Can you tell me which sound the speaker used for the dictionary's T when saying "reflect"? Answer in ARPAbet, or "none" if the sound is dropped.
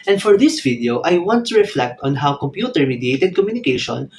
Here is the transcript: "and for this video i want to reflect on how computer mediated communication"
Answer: T